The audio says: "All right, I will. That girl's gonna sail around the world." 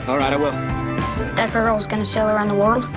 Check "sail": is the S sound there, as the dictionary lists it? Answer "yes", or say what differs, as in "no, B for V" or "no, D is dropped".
no, SH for S